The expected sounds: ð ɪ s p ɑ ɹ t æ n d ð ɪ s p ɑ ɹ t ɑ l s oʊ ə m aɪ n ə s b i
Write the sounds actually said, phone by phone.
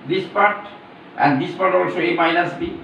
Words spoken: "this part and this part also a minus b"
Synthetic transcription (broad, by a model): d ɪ s p ɑ ɹ t æ n d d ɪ s p ɑ ɹ t ɑ l s oʊ ə m aɪ n ə s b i